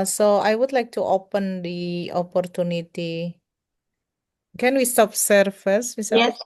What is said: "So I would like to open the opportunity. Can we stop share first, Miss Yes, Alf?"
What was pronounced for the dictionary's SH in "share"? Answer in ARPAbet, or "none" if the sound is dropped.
S